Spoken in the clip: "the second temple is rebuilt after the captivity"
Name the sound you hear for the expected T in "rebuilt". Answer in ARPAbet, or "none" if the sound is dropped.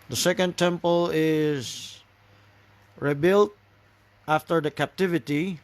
T